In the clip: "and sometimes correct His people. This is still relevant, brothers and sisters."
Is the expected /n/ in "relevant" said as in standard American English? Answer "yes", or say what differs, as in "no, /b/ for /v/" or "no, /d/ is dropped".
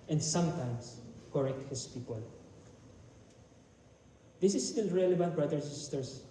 no, /n/ is dropped